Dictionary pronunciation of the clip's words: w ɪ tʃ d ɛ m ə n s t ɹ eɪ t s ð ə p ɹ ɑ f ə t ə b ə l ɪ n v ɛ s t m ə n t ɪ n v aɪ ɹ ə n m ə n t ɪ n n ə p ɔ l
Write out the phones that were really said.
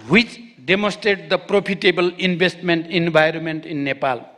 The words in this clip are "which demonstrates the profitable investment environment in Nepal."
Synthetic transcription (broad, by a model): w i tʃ d ɛ m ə n s t ɹ eɪ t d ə p ɹ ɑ p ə t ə b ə l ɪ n b ɛ s t m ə n t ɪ n b aɪ ɹ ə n m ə n t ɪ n n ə p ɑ l